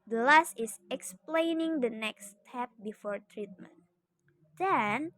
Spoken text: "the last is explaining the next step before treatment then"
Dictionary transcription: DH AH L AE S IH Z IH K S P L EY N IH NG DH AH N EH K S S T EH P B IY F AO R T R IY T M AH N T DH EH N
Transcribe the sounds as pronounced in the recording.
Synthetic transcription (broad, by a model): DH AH L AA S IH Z IH K S P L EY N IH NG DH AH N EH K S S T EH P B IY F AO R T R IY T M AH N T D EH N